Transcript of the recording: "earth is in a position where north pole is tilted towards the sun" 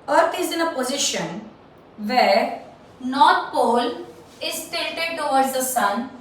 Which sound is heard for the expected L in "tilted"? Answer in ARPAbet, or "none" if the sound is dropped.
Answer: none